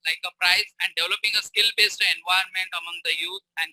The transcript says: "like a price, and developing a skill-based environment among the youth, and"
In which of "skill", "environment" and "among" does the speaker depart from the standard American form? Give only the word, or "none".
environment